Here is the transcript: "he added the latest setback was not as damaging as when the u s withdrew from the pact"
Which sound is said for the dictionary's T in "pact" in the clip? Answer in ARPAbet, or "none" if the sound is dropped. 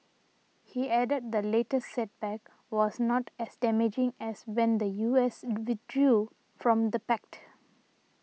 T